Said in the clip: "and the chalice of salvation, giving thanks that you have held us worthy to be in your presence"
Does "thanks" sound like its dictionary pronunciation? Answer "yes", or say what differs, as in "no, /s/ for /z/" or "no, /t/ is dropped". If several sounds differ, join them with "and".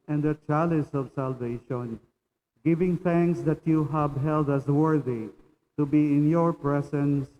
yes